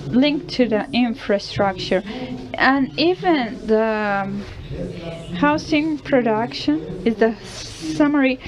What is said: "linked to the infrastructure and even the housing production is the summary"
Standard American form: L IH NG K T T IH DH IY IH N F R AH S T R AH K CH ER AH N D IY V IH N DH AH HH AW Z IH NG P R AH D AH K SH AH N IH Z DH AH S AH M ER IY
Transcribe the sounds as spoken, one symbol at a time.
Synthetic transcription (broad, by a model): L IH NG K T T IH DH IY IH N F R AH S T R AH K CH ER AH N IY V IH N DH AH HH AW S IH NG P R AH D AH K SH AH N IH Z DH AH S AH M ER IY